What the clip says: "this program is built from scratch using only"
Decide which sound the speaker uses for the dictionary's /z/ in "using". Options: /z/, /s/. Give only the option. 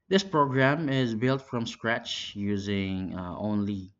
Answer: /z/